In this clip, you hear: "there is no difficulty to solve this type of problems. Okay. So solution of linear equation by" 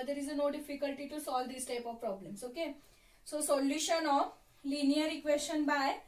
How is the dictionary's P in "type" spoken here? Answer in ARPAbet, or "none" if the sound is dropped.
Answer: P